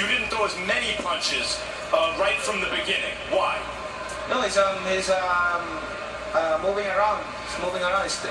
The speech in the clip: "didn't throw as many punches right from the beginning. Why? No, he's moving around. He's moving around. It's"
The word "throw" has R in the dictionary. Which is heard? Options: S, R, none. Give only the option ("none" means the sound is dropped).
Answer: none